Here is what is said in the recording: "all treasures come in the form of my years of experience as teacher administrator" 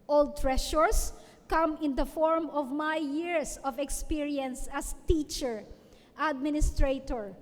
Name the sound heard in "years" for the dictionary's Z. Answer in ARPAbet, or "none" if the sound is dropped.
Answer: S